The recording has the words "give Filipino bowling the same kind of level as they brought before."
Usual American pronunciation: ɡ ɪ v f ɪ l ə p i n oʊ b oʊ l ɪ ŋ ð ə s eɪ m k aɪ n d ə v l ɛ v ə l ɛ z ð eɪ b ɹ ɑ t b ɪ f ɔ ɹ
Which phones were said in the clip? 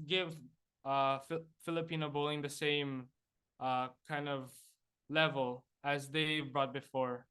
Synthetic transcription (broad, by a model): ɡ ɪ v f ɪ l ə p i n oʊ b oʊ l ɪ ŋ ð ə s eɪ m k aɪ n d ə v l ɛ v ə l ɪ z ð eɪ b ɹ ɑ t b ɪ f ɔ ɹ